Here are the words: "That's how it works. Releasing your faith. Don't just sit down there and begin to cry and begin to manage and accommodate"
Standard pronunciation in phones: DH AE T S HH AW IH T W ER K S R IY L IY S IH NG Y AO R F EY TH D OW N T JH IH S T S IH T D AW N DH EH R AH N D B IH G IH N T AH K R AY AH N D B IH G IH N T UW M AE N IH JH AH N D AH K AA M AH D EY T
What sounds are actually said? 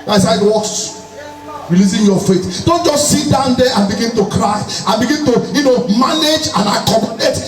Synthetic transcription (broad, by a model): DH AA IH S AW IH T W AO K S R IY L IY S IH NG Y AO F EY T D OW N T JH IH S T S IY T D AW N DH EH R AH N B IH G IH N T AH K R AY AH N B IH G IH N T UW M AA N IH JH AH N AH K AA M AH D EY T